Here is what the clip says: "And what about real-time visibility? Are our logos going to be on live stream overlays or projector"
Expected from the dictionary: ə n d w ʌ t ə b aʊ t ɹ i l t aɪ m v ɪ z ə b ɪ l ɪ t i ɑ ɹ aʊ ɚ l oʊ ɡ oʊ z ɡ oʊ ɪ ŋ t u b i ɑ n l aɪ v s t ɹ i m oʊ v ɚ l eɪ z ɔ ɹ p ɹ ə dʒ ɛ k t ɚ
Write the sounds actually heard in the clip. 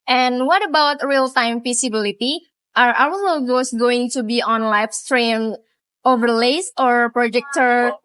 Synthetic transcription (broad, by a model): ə n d w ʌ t ə b aʊ t ɹ i l t aɪ m f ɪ s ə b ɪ l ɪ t i ɑ ɹ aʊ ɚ n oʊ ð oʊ s ɡ oʊ ɪ ŋ t u b i ɑ n l aɪ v s t ɹ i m oʊ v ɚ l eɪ s ɔ ɹ p ɹ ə dʒ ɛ k t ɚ